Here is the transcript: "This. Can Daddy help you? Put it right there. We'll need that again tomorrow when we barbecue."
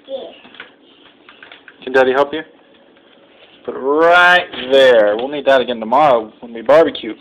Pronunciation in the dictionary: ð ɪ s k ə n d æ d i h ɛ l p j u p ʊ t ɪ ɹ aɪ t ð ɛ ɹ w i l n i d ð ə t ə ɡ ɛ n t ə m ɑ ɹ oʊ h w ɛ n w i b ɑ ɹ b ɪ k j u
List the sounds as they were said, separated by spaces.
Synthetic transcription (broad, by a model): k ə n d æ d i h ɛ l p j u b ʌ t ɹ aɪ t ð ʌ ɹ w i l n i d ð ə t ə ɡ ɛ n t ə m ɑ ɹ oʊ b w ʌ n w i b ɑ ɹ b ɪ k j u